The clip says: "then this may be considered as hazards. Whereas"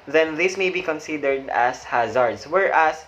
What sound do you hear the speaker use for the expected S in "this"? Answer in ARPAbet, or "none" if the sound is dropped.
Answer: S